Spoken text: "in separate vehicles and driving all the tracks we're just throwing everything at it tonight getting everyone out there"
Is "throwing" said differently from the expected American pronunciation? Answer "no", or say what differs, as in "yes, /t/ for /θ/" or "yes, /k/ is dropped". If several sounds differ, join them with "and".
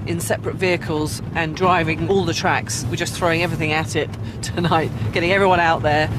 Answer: no